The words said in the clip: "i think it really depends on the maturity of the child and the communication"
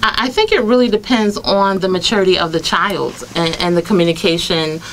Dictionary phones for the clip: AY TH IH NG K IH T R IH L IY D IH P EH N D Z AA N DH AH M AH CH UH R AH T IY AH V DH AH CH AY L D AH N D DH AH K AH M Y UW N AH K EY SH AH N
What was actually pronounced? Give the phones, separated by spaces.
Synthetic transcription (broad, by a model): AY TH IH NG K IH T R IH L IY D IH P EH N D Z N DH AH M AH CH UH R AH T IY AH V DH AH CH AY L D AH N DH AH K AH M Y UW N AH K EY SH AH N